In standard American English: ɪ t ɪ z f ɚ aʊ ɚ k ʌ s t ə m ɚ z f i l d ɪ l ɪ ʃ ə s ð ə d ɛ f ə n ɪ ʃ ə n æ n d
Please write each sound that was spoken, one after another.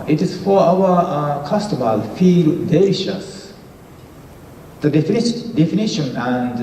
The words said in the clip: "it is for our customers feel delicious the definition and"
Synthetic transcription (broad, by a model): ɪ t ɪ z f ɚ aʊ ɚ k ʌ s t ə m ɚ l f i l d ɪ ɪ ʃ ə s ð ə d ɛ f ə n ɪ ʃ ə n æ n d